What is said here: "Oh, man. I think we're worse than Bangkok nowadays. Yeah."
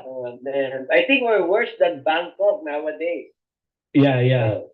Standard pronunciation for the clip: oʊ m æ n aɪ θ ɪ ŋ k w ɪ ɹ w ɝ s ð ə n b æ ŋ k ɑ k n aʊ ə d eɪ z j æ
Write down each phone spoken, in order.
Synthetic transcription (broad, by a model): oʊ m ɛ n aɪ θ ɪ ŋ k w ɪ ɹ w ɝ s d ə n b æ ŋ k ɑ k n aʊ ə d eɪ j j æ